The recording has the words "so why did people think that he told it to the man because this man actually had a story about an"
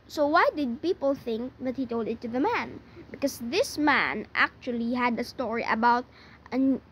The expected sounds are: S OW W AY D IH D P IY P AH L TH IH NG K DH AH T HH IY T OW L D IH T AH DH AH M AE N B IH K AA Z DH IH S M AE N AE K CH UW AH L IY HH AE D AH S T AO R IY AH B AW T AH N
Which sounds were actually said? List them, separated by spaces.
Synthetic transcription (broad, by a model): S OW W AY D IH D P IY P AH L TH IH NG K DH AH T HH IY T OW L D IH T AH DH AH M AE N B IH K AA S DH IH S M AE N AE K CH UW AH L IY HH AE D AH S T AO R IY AH B AW T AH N